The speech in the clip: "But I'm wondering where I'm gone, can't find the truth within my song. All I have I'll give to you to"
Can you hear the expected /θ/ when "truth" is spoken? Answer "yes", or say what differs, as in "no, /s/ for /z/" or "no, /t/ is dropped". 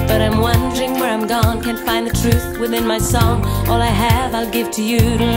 yes